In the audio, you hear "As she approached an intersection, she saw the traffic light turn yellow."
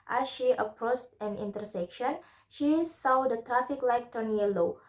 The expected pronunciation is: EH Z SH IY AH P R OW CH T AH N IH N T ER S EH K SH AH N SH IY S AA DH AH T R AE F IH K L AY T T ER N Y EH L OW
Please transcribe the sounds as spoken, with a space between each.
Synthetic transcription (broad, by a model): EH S SH IY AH P R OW S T AH N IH N T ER S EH K SH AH N SH IY S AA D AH T R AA F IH K L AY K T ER N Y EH L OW